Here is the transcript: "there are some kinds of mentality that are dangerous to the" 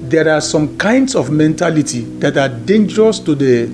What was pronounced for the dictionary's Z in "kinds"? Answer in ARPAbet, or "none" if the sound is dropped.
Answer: S